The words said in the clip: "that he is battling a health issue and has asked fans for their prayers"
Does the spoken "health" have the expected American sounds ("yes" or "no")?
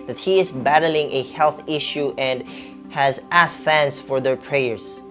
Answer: yes